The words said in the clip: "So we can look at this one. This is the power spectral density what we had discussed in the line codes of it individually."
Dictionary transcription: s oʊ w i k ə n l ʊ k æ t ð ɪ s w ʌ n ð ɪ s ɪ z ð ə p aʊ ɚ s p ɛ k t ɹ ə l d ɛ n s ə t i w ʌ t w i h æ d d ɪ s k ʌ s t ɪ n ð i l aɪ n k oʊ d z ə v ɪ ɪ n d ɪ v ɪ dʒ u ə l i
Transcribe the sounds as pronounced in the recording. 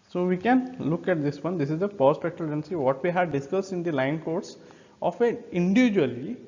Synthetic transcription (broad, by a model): s oʊ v i k ə n l ʊ k æ t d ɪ s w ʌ n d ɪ s ɪ z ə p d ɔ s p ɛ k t ə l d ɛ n s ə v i t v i h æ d d ɪ s k ʌ s t ɪ n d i l aɪ n k oʊ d s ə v ɪ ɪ n d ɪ v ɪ dʒ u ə l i